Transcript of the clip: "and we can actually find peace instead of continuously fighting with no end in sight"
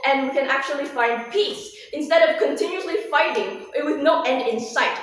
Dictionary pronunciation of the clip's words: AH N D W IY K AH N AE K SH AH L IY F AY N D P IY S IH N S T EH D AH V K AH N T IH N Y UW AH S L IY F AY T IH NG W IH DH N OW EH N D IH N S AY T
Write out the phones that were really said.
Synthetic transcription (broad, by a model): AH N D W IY K AH N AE K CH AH L IY F AY N D P IY S IH N S T EH D AH V K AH N T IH N Y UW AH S L IY F AY T IH NG W IH DH N OW EH N D IH N S AY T